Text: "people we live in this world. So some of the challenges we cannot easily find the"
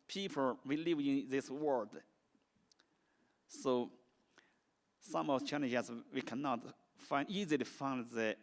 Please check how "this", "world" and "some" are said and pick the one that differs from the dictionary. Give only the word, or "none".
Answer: world